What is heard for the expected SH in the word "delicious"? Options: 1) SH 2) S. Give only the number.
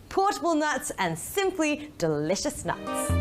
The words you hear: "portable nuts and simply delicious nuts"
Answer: 1